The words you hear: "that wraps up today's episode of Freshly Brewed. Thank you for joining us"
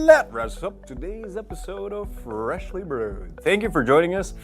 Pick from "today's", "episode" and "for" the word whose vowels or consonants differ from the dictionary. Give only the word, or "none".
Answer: none